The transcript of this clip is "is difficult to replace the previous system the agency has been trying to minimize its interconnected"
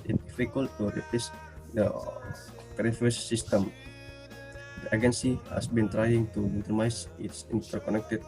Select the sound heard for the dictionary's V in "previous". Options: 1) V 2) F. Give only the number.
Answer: 2